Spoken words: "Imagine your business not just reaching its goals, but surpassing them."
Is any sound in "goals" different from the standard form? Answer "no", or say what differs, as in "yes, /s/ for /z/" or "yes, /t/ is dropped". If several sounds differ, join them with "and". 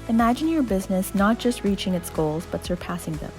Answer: no